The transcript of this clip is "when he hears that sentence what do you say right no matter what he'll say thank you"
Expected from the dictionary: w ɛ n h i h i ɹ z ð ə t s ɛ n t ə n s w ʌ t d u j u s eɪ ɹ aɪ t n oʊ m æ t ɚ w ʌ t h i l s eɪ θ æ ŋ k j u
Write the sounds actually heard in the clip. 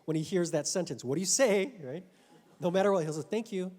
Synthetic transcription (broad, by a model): w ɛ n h i h i ɹ z ð ə t s ɛ n t ə n s w ʌ t d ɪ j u s eɪ ɹ aɪ t n oʊ m æ t ɚ w ʌ t h i l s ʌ θ æ ŋ k j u